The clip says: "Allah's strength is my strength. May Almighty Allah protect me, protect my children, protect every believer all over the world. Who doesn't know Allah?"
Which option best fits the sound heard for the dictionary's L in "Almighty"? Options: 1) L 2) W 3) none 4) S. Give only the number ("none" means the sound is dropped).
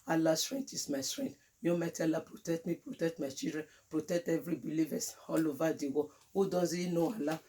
3